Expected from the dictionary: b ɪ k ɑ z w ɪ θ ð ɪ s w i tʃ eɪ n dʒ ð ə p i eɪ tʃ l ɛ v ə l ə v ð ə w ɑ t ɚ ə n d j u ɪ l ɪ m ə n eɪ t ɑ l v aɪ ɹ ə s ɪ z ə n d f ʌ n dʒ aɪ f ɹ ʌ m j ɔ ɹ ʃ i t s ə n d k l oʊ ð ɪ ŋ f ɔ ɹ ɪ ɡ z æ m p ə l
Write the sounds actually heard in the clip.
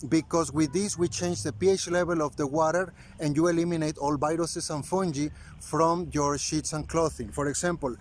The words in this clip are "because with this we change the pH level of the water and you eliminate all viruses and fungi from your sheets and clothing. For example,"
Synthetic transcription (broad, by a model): b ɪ k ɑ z w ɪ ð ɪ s w i tʃ eɪ n dʒ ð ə p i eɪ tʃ l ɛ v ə l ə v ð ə w ɑ t ɚ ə n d j u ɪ l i m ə n eɪ t ɑ l b aɪ ɹ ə s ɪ s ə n f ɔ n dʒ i f ɹ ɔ m j ɔ ɹ ʃ i t s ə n k l oʊ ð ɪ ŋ f ɔ ɹ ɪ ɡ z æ m p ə l